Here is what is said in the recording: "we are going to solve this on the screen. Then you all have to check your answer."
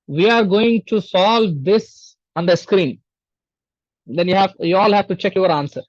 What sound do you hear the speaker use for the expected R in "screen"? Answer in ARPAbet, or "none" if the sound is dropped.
R